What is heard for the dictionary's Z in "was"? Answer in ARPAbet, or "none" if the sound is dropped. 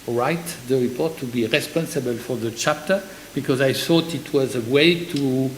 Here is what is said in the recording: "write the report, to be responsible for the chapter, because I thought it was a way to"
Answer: Z